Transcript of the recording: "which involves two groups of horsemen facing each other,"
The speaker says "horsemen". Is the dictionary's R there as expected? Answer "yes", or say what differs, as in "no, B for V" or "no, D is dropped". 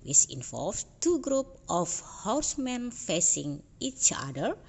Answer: no, W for R